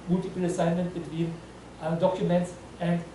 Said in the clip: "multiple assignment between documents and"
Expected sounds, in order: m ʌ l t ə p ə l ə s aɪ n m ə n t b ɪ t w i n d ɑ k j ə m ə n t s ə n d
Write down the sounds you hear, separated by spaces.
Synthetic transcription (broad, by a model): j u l t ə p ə l ə s aɪ n m ə n t b ɪ t w i n d ɑ k j ə m ə n t s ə n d